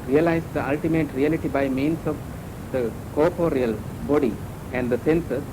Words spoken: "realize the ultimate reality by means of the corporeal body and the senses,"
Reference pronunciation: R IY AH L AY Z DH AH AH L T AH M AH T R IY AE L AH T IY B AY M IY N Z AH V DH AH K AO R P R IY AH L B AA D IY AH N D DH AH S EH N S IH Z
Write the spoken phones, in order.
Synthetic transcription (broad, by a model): R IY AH L AY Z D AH AH L T AH M AH T R IY AE L AH T IY B AY M IY N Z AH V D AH K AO R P R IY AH L B AA D IY AH N D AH S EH N S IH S